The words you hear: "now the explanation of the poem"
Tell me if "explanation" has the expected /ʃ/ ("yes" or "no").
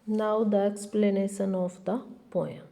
no